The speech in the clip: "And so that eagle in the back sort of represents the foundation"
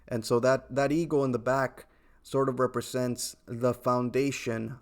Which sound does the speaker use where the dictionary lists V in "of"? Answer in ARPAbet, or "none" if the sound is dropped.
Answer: V